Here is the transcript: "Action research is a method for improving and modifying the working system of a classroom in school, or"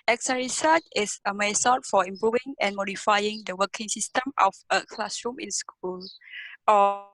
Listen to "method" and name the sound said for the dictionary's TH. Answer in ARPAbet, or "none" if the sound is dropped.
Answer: S